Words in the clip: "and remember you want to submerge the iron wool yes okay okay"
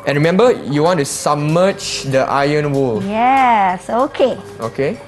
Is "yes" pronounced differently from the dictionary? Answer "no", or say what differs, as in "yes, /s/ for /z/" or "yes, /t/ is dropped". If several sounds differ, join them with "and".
no